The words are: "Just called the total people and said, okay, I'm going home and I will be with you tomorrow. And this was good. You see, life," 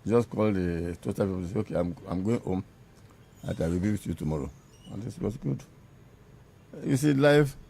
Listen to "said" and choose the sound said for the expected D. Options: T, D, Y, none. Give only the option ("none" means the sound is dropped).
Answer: none